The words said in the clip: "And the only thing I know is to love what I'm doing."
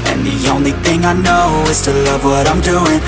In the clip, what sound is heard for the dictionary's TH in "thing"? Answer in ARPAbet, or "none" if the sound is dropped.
TH